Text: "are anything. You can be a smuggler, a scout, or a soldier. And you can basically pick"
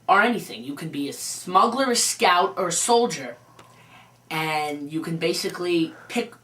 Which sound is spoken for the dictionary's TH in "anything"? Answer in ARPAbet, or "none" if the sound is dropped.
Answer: TH